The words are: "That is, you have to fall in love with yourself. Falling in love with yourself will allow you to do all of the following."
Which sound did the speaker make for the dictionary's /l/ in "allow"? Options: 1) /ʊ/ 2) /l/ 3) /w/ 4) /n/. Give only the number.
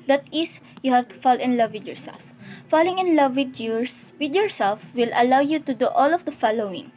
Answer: 2